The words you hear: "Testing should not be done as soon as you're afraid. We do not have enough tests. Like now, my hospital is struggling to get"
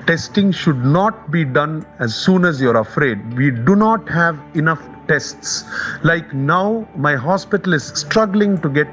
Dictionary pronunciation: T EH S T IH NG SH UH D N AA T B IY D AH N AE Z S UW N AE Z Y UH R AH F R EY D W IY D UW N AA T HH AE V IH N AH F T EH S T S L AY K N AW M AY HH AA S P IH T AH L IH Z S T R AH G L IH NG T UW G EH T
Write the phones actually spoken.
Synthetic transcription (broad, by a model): T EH S T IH NG SH UH D N AA T B IY D AH N AE Z S UW N AE Z Y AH R AH F R EY D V IY D UW N AA T HH AE V IH N AH F T EH S T S L AY K N AW M AY HH AA S P IH T AH L IH Z S T R AH G L IH NG T UW G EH T